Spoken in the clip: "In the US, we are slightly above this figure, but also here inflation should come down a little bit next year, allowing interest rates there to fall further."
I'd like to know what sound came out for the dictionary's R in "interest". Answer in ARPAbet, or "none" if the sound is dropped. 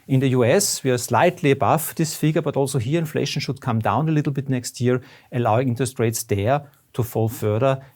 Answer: none